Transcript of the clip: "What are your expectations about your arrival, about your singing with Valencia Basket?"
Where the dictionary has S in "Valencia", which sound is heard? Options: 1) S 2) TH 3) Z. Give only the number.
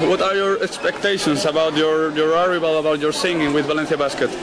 2